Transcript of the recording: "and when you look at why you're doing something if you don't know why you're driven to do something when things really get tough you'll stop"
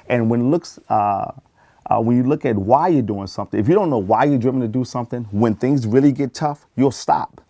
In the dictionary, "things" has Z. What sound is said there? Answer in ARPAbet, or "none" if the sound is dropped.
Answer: Z